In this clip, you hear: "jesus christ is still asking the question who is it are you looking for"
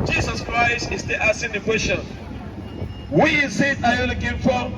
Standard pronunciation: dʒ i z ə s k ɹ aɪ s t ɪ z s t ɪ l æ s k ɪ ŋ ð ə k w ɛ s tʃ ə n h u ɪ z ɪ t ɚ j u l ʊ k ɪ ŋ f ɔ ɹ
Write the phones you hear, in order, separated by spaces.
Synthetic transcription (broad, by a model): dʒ i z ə s k ɹ aɪ s t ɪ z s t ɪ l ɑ s ɪ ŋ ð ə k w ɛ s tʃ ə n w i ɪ s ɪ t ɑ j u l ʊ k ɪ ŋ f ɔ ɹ